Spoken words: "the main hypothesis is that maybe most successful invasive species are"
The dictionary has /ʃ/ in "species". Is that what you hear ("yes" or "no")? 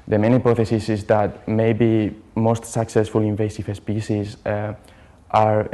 no